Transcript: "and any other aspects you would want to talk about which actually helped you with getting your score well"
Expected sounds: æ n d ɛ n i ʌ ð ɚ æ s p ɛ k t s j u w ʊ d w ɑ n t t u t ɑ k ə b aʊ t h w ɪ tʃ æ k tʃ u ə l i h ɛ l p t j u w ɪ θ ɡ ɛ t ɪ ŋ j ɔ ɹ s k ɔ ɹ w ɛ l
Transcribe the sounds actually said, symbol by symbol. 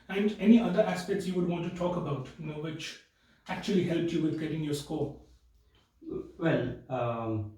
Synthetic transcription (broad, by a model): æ n d ɛ n i ʌ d ɚ æ s p ɛ k t s j u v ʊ d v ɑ n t t u t ɑ k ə b aʊ t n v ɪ tʃ æ k tʃ u ə l i h ɛ l p t j u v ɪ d ɡ ɛ t ɪ ŋ j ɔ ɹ s k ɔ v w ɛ l